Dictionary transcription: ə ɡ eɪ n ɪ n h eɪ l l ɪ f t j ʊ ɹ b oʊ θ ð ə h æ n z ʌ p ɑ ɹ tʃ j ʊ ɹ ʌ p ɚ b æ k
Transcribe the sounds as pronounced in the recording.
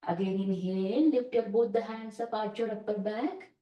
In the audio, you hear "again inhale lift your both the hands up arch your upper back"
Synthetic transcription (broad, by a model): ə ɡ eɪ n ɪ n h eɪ n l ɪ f t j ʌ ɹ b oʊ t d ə h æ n s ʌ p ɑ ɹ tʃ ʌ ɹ ʌ p ɚ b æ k